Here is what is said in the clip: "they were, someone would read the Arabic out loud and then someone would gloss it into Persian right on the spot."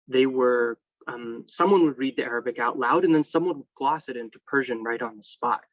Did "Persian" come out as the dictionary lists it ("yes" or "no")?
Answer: yes